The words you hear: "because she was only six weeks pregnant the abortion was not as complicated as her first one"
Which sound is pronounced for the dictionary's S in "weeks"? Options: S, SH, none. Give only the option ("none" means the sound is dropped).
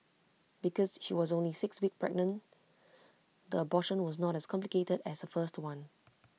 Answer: none